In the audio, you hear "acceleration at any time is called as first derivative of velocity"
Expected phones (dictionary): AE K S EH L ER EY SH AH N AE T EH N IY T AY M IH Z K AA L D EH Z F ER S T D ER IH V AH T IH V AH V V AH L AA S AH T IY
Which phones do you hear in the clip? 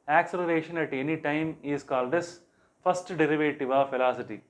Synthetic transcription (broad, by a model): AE K S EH L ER EY SH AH N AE T EH N IY T AY M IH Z K AA L D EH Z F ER S T D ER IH V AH T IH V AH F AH L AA S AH T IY